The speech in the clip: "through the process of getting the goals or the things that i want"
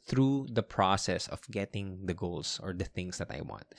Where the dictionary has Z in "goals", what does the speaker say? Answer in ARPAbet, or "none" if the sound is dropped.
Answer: S